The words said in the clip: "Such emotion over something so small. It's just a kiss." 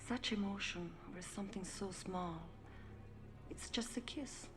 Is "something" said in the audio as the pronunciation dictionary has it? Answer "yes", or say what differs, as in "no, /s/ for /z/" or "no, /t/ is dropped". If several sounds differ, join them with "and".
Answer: yes